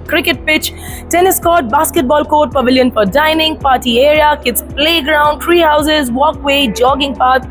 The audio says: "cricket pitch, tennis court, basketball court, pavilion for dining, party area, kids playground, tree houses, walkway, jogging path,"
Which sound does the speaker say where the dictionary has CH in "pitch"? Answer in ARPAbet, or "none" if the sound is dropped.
CH